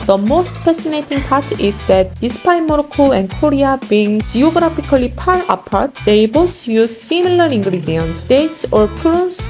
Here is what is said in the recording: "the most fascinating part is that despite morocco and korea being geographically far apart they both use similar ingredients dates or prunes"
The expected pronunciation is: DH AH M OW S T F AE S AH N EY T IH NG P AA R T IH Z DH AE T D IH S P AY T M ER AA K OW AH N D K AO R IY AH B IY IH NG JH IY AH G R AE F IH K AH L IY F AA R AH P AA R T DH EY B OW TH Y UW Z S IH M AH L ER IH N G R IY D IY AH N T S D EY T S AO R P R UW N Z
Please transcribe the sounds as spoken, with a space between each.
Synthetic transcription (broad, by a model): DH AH M OW S T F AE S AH N EY T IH NG P AA R T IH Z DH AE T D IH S P AY M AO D K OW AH N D K AO R IY AH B IY NG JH IY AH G R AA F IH K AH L IY P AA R AH P AA R T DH EY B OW S Y UW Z S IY M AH L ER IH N G R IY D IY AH N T S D EY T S AO R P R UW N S